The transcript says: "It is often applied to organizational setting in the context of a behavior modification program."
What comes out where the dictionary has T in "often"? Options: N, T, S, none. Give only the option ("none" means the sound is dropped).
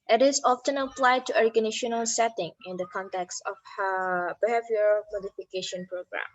T